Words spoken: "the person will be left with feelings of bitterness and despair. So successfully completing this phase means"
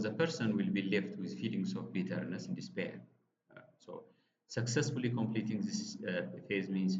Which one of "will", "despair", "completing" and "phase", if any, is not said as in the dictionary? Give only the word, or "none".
none